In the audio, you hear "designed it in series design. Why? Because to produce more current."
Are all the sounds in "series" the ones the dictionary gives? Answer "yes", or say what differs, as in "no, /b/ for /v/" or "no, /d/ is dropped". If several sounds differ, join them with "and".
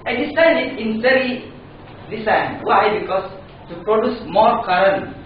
no, /z/ is dropped